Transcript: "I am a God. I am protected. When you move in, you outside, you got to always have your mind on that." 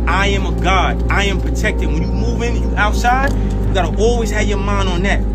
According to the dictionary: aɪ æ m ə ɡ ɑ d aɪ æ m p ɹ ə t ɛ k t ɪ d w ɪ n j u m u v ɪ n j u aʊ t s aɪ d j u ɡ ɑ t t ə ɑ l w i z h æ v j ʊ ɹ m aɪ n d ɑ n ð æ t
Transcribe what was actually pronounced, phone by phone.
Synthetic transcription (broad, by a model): aɪ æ m ə ɡ ɑ d aɪ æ m p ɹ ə t ɛ k t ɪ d w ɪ n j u m u v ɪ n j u aʊ t s aɪ d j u ɡ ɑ t t ɑ l w i z h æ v j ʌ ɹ m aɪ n ɑ n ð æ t